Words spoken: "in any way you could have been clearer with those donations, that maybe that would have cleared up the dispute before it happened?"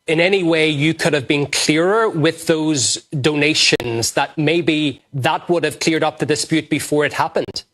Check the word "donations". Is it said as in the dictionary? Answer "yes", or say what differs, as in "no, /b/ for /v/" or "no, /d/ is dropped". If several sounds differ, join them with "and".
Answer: yes